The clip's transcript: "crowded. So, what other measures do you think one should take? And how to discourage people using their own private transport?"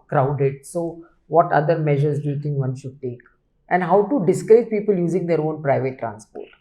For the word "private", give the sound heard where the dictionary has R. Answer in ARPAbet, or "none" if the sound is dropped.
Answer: R